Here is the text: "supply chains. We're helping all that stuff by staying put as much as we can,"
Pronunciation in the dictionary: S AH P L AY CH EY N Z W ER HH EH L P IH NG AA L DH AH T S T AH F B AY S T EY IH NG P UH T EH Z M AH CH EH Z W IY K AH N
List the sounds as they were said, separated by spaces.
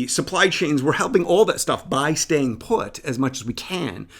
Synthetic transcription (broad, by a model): S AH P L AY CH EY N Z W ER HH EH L P IH NG AA L DH AH T S T AH F B AY S T EY IH NG P UH T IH Z M AH CH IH Z W IY K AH N